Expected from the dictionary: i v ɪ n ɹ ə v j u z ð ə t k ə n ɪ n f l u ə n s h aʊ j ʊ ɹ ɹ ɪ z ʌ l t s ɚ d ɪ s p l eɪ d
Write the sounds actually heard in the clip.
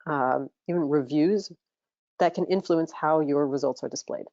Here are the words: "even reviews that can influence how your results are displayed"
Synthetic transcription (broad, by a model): i v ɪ n ɹ ə v j u z ð ə t k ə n ɪ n f l u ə n s h aʊ j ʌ ɹ ɹ ɪ z ʌ l t s ɚ d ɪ s p l eɪ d